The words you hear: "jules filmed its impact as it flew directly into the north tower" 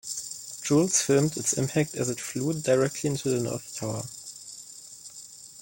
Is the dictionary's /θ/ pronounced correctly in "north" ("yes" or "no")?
yes